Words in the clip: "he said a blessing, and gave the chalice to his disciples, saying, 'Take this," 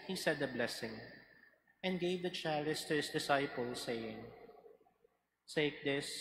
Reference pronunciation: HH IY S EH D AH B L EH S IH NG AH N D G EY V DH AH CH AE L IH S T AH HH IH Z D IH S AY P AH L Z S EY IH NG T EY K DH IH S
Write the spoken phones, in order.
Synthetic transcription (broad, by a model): HH IY S EH D AH B L EH S IH NG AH N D G EY V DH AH CH AE L IH S T AH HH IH S D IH S AY P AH L S EY IH NG S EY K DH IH S